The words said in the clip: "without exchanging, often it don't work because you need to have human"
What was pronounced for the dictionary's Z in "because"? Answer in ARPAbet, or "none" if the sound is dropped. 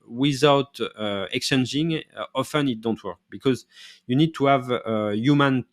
Z